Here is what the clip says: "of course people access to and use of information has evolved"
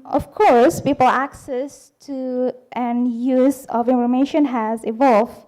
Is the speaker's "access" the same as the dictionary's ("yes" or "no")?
yes